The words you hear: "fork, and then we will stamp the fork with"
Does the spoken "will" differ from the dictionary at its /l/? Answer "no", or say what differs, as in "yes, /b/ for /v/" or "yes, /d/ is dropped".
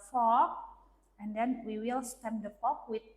no